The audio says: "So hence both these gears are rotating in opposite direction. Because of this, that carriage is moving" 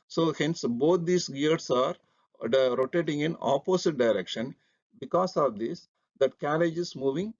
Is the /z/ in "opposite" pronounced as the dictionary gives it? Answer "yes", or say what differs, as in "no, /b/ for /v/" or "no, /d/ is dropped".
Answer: no, /s/ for /z/